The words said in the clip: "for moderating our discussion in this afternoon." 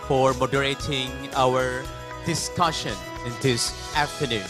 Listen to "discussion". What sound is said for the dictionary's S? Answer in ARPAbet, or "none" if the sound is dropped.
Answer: S